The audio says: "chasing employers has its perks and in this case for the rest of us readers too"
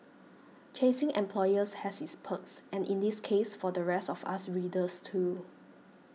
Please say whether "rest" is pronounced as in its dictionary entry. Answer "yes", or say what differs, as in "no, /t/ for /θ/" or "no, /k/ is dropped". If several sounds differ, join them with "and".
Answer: yes